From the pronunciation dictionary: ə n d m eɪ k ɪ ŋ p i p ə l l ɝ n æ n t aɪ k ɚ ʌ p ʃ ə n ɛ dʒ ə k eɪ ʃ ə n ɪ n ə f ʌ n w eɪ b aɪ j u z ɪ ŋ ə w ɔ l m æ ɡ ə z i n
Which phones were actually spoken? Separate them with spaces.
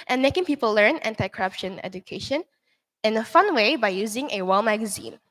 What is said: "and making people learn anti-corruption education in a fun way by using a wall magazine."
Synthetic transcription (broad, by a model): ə n m eɪ k ɪ ŋ p i p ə l l ɝ n æ n t aɪ k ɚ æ p ʃ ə n ɛ dʒ ə k eɪ ʃ ə n ɪ n ə f ʌ n w eɪ b aɪ j u z ɪ ŋ ə w ɔ l m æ ɡ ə z i n